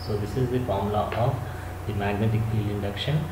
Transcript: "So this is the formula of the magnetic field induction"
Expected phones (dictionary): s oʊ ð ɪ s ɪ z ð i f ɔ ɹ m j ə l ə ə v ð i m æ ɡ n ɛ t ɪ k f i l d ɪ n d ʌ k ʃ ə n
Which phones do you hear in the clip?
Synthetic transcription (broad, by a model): s oʊ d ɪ s ɪ z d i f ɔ ɹ m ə l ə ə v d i m æ ɡ n ɛ t ɪ k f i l ɪ n d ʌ k ʃ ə n